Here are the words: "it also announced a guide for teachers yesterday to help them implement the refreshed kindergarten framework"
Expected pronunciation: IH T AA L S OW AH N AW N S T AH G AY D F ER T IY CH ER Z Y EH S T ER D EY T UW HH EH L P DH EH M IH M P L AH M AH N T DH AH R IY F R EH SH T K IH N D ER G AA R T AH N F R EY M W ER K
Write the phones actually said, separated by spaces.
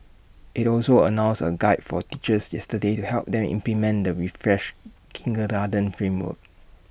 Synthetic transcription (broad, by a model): IH T AA L S OW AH N AW N S AH G AY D F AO T IY CH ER S Y EH S T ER D EY T UW HH EH L P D EH M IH M P L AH M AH N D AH R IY F R EH SH K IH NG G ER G AA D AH N F R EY M W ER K